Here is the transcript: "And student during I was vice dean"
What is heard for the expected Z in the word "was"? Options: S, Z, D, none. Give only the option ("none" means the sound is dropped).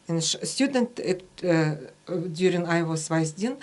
S